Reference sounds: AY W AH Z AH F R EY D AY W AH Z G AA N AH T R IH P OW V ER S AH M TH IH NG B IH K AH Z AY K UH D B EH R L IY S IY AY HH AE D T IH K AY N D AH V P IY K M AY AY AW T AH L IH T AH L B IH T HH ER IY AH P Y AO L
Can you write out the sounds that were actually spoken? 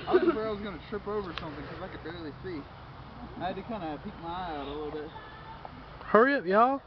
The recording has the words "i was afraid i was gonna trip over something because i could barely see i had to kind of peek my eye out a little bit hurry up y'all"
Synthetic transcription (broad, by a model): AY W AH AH R AY W AH Z G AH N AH T R IH P OW V ER S AH M TH IH NG K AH Z AY K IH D B EH R L IY S IY AY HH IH D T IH K AY N D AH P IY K M AY AY AW T AH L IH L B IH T HH ER IY AH P Y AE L